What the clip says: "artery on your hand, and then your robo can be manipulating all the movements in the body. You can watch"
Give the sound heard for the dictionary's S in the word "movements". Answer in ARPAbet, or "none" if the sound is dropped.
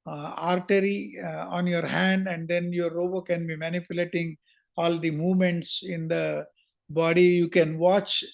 S